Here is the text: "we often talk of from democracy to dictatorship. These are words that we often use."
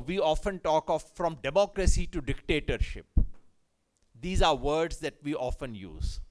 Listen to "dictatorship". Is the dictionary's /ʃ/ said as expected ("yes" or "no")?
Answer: yes